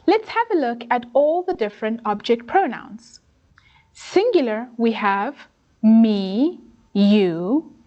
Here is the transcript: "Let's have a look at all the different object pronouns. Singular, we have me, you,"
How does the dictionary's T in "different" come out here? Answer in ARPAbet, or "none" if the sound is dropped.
T